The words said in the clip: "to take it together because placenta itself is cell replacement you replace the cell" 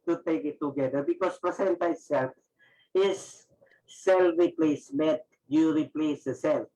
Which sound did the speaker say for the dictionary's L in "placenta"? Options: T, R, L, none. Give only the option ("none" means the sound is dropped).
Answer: none